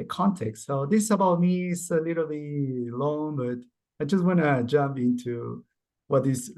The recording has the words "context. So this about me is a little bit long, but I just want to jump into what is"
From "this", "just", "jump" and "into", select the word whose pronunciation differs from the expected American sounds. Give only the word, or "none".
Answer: none